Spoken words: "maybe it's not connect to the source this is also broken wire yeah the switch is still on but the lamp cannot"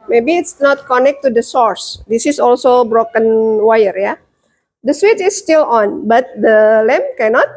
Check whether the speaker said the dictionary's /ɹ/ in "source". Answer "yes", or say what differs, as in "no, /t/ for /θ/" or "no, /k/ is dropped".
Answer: yes